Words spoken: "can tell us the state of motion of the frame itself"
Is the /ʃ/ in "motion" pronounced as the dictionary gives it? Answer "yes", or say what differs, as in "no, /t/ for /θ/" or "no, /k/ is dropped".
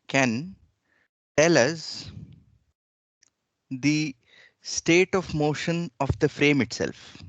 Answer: yes